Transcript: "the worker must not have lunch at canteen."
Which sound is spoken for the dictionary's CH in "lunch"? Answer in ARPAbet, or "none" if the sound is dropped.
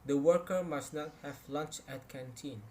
CH